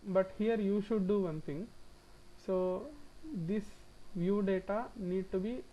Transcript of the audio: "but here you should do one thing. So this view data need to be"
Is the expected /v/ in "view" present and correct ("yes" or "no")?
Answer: yes